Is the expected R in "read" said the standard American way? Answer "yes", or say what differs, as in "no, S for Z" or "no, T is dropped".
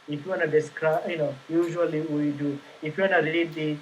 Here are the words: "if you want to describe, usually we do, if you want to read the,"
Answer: no, L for R